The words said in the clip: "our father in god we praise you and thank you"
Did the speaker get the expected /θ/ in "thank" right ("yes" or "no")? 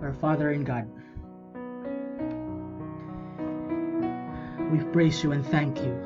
yes